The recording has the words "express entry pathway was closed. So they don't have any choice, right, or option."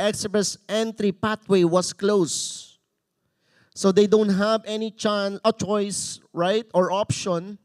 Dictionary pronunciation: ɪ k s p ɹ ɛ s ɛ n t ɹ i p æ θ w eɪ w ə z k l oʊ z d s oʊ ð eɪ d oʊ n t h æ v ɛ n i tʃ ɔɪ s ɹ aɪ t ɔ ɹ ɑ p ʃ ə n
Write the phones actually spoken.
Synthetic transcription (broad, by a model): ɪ k s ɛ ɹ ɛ s ɛ n t ɹ i p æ t w eɪ w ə s k l oʊ s oʊ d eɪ d oʊ n t h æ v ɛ n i tʃ ɔɪ s ɹ aɪ t ɔ ɹ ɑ p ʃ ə n